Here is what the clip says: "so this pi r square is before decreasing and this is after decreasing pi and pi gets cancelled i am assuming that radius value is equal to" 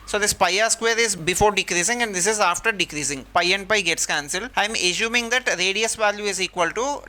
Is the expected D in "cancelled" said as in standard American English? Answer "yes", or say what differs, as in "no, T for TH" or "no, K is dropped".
no, D is dropped